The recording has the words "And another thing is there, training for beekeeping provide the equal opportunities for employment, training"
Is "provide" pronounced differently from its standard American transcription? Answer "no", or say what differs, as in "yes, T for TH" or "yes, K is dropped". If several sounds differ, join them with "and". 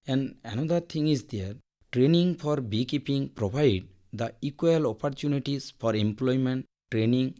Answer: yes, B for V